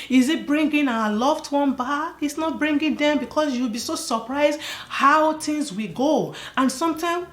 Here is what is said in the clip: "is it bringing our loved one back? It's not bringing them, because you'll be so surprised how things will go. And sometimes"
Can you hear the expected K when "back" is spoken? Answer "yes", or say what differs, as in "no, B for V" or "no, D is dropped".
no, K is dropped